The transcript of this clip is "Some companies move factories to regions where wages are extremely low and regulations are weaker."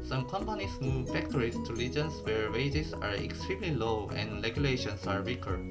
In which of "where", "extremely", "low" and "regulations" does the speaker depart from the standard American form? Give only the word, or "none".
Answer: regulations